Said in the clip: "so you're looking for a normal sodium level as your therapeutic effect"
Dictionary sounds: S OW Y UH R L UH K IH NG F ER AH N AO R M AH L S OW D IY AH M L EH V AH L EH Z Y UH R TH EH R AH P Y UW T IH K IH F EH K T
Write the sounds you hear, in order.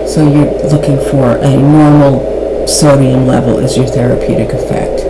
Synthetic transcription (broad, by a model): S OW Y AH R L UH K IH NG F ER AH N AO R M L S OW D IY AH M L EH V L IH Z Y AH R TH EH R AH P Y UW T IH K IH F EH K T